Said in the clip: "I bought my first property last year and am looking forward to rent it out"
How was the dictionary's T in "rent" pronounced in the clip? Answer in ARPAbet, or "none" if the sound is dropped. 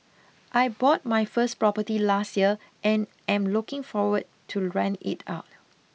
none